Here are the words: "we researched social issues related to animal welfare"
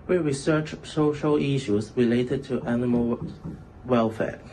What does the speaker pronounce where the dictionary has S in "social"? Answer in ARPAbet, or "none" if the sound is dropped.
S